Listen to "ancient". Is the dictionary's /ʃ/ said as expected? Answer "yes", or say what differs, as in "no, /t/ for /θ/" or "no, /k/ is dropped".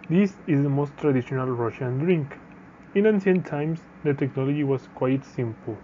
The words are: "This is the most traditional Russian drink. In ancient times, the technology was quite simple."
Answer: no, /s/ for /ʃ/